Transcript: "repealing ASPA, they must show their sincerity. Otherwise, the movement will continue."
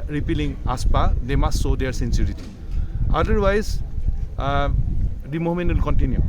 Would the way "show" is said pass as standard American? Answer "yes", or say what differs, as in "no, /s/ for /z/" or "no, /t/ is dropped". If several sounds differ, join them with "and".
no, /s/ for /ʃ/